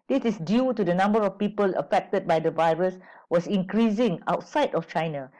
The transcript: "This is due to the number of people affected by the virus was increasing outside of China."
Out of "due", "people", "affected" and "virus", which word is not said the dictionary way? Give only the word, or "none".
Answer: none